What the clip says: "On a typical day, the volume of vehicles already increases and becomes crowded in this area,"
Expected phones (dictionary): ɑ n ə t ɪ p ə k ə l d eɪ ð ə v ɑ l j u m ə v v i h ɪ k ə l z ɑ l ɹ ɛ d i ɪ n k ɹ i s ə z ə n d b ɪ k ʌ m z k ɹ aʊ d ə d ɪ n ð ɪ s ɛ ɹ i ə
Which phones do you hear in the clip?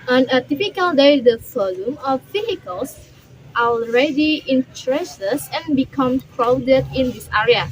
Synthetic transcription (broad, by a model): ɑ n ə t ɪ p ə k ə l d eɪ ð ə f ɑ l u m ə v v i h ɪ k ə l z ɑ l ɹ ɛ d i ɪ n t ɹ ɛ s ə s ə n b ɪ k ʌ m k ɹ aʊ d ə d ɪ n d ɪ s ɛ ɹ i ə